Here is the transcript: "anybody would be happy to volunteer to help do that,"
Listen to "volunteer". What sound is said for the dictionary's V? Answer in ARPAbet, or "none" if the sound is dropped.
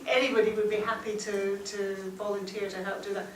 V